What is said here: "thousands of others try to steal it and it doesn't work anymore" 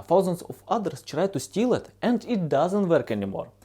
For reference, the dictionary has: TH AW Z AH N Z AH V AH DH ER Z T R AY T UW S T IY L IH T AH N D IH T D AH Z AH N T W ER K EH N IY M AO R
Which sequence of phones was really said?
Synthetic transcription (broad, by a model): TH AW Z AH N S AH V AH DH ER S T R AY T UW S T IY L IH T AH N D IH T D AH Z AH N T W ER K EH N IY M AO R